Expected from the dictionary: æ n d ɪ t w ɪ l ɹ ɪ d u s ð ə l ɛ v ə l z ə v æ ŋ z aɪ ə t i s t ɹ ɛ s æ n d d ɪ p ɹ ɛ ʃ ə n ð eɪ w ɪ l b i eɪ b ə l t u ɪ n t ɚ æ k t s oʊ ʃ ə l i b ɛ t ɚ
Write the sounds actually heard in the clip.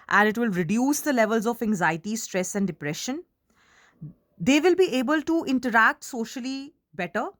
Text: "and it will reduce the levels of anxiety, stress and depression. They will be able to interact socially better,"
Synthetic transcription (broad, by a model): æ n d ɪ t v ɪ l ɹ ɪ d u s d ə l ɛ v ə l z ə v æ ŋ z aɪ ə t i s t ɹ ɛ s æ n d d ɪ p ɹ ɛ ʃ ə n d eɪ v ɪ l b i eɪ b ə l t u ɪ n t ɚ æ k t s oʊ ʃ ə l i b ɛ t ɚ